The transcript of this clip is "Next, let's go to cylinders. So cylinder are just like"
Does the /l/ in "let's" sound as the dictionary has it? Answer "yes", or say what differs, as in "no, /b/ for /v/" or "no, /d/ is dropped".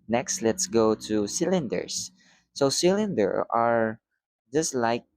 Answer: yes